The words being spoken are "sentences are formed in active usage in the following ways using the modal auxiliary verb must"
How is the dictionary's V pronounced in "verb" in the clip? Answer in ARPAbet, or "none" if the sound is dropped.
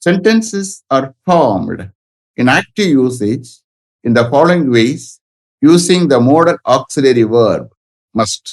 V